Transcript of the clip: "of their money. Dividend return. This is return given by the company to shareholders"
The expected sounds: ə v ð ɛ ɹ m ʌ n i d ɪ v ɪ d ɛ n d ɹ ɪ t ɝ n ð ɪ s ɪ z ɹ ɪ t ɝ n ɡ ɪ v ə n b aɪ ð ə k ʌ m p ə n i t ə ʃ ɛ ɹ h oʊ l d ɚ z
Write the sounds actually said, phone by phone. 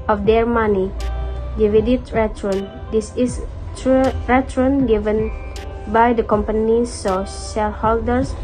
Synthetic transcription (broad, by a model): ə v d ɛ ɹ m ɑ n i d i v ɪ d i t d ɹ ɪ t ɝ n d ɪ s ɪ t ɹ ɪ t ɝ n ɡ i v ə n b aɪ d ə k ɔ m p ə n i s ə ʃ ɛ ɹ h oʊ l d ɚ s